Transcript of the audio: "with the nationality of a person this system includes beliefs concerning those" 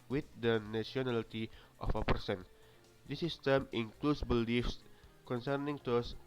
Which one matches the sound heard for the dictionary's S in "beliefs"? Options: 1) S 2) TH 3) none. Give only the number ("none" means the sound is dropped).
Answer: 1